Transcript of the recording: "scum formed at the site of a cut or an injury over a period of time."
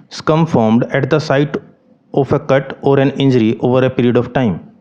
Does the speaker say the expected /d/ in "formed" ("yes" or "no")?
yes